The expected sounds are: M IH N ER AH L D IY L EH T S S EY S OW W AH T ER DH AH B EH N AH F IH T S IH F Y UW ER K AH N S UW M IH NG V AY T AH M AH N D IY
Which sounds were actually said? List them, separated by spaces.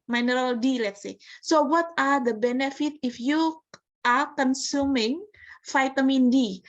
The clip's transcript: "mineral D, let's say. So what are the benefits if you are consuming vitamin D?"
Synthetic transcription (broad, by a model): M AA N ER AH L D IY L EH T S S EY S OW W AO T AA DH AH B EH N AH F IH T IH F Y UW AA K AH N S UW M IH NG F AY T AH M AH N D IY